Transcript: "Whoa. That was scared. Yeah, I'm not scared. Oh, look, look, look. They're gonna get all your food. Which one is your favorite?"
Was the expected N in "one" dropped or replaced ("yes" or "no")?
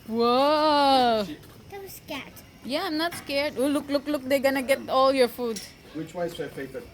yes